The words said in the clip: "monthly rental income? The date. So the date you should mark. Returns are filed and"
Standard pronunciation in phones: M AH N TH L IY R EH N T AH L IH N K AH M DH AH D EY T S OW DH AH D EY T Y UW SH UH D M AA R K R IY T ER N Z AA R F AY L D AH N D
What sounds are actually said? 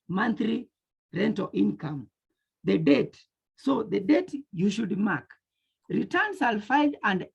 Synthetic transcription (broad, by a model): M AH N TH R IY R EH N T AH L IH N K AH M DH AH D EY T S OW DH AH D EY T Y UW SH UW D M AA K R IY T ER N S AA L F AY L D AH N D